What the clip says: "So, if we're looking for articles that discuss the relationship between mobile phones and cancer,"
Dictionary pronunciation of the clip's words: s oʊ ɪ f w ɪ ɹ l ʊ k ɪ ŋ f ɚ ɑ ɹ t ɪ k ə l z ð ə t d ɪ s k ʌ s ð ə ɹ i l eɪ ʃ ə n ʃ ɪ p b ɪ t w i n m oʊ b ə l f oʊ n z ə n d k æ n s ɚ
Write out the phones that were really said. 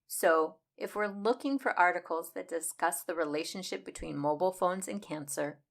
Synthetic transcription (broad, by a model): s oʊ ɪ f w ɪ ɹ l ʊ k ɪ ŋ f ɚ ɑ ɹ t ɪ k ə l z ð ə t d ɪ s k ʌ s ð ə ɹ i l eɪ ʃ ə n ʃ ɪ p b ɪ t w i n m oʊ b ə l f oʊ n z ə n k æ n s ɚ